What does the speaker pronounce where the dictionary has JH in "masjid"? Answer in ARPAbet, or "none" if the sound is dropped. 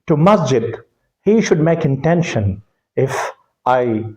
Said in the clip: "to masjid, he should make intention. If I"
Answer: JH